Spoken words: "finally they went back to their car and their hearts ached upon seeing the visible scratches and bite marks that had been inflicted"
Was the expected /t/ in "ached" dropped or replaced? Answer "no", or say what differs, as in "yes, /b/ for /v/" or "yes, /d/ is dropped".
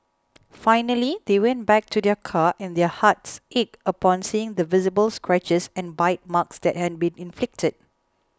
yes, /t/ is dropped